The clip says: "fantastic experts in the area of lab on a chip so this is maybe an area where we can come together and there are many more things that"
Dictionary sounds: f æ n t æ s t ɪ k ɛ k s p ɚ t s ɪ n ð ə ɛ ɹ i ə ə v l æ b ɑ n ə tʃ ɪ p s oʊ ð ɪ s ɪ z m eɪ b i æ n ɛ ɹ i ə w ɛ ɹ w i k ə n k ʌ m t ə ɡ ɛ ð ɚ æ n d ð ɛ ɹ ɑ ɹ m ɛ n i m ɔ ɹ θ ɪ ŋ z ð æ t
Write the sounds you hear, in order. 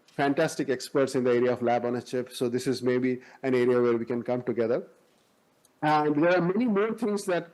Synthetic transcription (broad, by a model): f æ n t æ s t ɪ k ɛ k s p ɚ t s ɪ n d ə ɛ ɹ i ə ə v l æ b ɑ n ə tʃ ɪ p s oʊ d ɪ s ɪ z m eɪ b i æ n ɛ ɹ i ə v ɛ ɹ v i k ə n k ʌ m t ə ɡ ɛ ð ɚ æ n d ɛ ɹ ɑ ɹ m ɛ n i m ɔ ɹ t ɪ ŋ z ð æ t